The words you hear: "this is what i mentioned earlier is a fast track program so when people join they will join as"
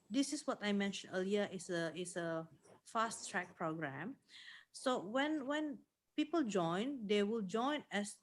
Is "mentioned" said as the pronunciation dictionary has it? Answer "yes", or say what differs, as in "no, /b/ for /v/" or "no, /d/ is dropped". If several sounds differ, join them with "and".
no, /d/ is dropped